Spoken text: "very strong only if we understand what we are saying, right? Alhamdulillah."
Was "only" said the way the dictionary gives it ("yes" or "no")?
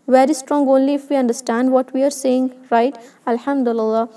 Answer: yes